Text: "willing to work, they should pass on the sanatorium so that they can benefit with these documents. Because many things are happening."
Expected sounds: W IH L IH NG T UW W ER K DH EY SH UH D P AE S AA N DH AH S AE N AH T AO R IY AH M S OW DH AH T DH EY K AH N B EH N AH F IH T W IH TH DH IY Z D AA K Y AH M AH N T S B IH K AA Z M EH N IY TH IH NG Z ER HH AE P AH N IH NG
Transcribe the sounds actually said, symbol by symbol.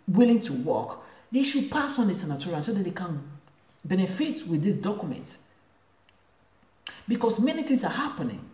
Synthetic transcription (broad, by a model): W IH L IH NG T UW W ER K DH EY SH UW D P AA S AA N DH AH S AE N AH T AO R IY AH S OW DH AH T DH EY K AH N B EH N AH F IH T W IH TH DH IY S D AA K Y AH M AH N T B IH K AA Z M EH N IY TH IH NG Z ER HH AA P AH N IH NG